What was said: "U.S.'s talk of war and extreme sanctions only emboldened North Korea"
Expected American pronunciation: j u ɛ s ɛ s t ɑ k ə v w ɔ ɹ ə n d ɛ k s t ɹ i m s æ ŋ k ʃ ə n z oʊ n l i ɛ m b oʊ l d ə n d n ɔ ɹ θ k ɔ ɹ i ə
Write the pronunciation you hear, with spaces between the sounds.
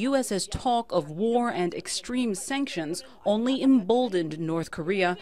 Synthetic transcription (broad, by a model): j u ɛ s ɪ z t ɑ k ə v w ɔ ɹ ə n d ɛ k s t ɹ i m s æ ŋ k ʃ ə n z oʊ n l i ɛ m b oʊ l d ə n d n ɔ ɹ θ k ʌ ɹ i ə